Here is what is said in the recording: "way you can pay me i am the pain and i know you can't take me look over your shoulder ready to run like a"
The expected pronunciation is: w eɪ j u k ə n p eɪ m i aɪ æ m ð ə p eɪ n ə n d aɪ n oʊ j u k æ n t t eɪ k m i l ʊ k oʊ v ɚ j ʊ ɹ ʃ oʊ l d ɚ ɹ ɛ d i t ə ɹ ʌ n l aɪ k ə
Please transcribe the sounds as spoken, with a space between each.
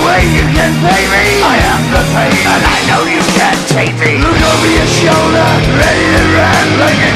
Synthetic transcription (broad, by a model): w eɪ j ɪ k ə n p eɪ m i aɪ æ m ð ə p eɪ ə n aɪ n oʊ j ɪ k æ n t t eɪ k m i l ʊ k oʊ v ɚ j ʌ ɹ ʃ oʊ l d ɚ ɹ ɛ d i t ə ɹ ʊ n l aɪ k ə